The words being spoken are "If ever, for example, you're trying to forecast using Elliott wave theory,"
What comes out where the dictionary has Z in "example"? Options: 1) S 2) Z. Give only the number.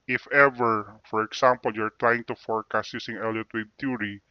1